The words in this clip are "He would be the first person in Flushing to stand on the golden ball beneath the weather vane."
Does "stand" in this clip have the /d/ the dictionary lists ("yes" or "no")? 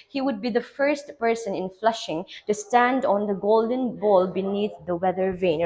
yes